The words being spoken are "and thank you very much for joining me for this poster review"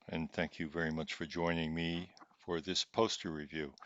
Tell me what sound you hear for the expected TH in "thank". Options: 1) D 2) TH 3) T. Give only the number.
2